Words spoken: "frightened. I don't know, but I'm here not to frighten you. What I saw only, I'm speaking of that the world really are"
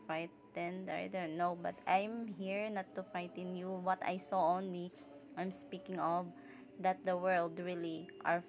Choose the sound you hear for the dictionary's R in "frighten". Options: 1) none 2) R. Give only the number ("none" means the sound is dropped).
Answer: 1